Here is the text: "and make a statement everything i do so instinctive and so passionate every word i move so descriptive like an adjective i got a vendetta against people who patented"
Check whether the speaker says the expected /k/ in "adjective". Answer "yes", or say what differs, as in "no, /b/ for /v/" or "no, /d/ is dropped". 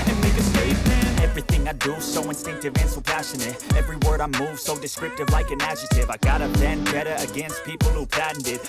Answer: no, /k/ is dropped